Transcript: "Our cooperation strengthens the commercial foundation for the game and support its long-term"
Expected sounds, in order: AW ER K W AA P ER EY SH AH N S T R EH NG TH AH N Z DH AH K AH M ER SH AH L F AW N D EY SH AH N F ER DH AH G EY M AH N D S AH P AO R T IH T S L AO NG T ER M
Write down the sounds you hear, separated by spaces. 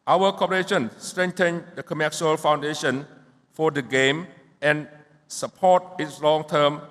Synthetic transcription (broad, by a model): AW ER K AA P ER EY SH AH N S T R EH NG T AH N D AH K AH M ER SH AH L F AW N D EY SH AH N F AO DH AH G EY M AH N S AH P AO T IH T S L AO NG T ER M